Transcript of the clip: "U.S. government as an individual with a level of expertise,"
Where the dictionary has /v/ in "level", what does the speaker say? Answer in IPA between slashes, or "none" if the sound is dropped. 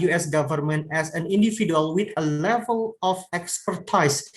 /v/